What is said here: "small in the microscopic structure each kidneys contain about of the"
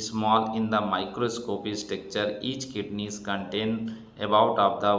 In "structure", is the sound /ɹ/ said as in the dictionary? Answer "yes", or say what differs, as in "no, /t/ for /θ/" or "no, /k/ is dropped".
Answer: no, /ɹ/ is dropped